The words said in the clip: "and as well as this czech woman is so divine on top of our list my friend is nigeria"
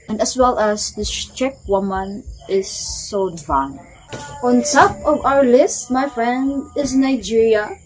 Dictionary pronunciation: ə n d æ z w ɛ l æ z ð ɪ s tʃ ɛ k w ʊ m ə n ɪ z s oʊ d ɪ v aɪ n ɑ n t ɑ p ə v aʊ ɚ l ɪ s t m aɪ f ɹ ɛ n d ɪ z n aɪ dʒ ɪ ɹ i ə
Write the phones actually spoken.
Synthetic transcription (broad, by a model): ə n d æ s w ɛ l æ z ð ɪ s tʃ ɛ k w ʊ m ə n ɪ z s oʊ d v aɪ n ɑ n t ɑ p ə v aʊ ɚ l ɪ s t m aɪ f ɹ ɛ n d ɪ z n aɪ dʒ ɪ ɹ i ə